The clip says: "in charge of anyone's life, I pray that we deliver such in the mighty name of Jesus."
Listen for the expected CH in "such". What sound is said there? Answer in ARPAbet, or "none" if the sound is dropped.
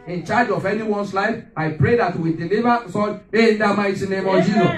none